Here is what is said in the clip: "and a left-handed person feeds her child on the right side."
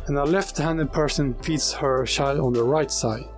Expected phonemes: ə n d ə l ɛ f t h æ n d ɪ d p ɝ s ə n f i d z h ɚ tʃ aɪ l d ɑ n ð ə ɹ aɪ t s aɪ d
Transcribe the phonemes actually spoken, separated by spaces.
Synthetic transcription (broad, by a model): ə n ə l ɛ f t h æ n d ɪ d p ɝ s ə n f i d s h ɚ ʃ aɪ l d n ð ə ɹ aɪ t s aɪ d